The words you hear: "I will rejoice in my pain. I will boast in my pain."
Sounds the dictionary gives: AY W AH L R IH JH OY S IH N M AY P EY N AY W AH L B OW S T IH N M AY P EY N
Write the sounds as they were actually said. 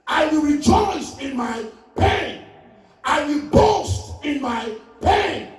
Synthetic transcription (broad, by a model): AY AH R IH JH OY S IH N M AY P EY N AY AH B OW S T IH N M AY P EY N